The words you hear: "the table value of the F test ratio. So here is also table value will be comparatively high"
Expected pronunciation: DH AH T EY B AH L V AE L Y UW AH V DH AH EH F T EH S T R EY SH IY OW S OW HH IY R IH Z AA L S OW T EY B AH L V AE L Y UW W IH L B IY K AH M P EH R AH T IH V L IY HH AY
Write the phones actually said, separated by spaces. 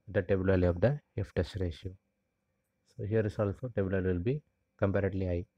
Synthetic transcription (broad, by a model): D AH T EY B AH L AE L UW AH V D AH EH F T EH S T R EY SH IY OW S OW HH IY R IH S AA L S OW T EY B AH L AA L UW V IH L B IY K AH M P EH R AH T L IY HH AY